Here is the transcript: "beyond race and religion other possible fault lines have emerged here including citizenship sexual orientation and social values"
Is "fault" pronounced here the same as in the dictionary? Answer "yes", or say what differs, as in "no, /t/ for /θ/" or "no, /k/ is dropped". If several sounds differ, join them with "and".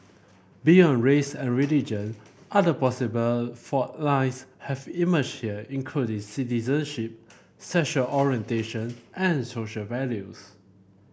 no, /l/ is dropped